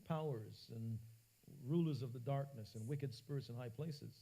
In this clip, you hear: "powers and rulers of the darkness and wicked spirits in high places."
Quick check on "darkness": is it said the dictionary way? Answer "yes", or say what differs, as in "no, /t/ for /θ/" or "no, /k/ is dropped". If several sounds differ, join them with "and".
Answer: yes